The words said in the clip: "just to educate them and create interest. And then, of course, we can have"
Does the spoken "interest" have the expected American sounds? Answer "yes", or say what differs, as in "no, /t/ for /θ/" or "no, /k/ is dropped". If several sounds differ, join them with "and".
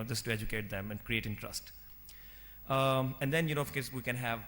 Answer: yes